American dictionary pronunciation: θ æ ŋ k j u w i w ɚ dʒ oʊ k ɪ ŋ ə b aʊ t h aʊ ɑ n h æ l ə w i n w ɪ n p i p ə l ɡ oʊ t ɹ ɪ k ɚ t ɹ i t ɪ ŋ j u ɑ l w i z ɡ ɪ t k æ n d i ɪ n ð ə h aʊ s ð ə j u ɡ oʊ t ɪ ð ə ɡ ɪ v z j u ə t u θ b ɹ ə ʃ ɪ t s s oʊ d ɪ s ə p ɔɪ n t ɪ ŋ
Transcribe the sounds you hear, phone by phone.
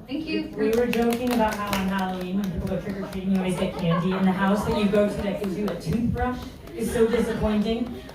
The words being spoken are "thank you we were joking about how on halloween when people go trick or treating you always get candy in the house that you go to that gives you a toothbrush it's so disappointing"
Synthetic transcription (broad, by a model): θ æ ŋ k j w i w ɚ dʒ oʊ k ɪ ŋ ə b aʊ t h aʊ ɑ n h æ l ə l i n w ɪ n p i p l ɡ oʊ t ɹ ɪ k ɚ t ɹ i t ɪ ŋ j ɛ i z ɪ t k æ n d i ɪ n ð ə h aʊ s ð ə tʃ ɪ ɡ oʊ t ɪ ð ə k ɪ z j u ə t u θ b ɹ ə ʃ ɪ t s s oʊ d ɪ s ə p ɔɪ n t ɪ ŋ